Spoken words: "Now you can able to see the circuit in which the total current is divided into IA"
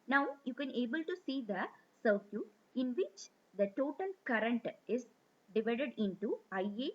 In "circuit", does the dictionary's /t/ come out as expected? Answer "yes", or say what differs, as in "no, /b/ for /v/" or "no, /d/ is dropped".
no, /t/ is dropped